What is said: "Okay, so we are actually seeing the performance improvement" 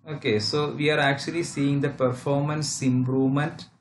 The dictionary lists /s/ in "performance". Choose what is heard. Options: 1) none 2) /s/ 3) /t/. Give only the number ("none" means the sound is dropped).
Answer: 2